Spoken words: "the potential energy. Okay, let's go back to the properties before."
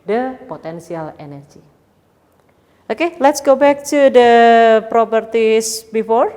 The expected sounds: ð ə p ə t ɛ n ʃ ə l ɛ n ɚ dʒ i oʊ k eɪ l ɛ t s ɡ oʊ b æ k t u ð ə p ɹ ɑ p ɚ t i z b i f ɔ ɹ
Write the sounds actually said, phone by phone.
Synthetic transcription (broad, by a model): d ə p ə t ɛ n s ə l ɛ n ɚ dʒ i oʊ k eɪ l ɛ t s ɡ oʊ b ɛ k t u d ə p ɹ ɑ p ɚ t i s b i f ɔ ɹ